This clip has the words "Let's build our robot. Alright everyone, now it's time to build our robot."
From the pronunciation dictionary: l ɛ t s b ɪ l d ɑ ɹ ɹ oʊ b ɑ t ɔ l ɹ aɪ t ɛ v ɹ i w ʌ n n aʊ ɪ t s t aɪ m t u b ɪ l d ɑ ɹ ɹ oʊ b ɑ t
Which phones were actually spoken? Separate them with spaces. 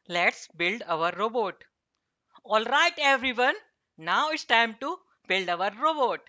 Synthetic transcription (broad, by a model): l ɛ t s b ɪ l d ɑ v ɹ oʊ b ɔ t ɔ l ɹ aɪ t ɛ v ɹ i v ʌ n n aʊ ɪ t s t aɪ m t u b ɪ l d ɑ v ɹ oʊ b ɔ t